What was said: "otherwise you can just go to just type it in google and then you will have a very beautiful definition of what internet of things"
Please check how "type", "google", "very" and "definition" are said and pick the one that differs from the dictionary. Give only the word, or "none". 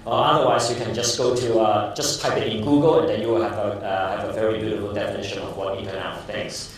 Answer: none